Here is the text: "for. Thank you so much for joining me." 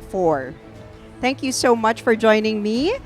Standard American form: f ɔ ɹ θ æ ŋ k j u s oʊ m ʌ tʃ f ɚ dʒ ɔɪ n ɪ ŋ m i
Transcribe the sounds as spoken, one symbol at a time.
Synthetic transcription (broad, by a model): f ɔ ɹ θ æ ŋ k j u s oʊ m ʌ tʃ f ɚ dʒ ɔɪ n ɪ ŋ m i